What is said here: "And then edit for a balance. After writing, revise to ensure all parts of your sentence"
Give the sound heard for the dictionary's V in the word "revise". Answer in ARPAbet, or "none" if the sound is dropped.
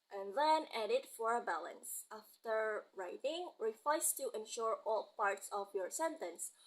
F